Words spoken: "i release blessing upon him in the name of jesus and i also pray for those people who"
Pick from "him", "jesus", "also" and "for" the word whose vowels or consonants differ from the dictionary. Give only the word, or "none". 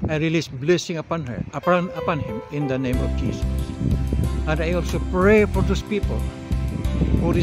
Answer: jesus